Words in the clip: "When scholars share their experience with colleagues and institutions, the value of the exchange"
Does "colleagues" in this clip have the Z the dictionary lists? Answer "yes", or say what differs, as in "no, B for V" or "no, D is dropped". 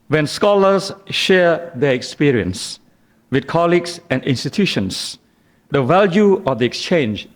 no, S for Z